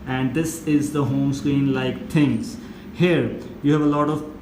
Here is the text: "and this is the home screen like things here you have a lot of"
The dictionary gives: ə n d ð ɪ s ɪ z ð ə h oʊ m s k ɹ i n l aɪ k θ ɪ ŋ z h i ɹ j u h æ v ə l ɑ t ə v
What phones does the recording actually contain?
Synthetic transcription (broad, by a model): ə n d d ɪ s ɪ z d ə h oʊ m s k ɹ i n l aɪ k t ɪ ŋ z h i ɹ j u h æ v ə l ɑ t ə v